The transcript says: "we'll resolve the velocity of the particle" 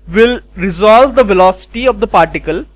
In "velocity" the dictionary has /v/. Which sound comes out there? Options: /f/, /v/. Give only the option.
/v/